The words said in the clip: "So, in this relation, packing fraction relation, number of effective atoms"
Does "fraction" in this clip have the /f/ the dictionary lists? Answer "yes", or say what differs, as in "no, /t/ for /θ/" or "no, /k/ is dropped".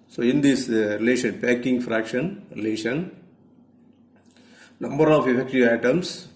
yes